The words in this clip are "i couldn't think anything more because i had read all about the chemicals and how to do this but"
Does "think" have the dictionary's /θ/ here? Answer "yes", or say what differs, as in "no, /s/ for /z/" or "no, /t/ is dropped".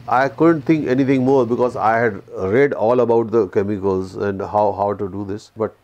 no, /t/ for /θ/